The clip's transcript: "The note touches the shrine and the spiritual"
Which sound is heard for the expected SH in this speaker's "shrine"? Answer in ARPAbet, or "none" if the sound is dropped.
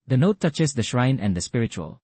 SH